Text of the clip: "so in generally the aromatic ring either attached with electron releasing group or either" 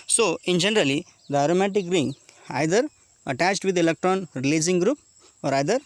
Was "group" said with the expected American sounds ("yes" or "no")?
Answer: yes